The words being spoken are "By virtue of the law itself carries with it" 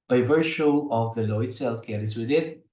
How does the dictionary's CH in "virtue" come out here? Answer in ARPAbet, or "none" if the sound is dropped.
SH